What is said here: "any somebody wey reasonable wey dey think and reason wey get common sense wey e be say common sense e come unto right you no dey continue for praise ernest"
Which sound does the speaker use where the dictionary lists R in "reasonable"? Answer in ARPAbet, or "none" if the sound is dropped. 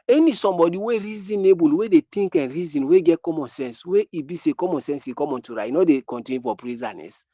R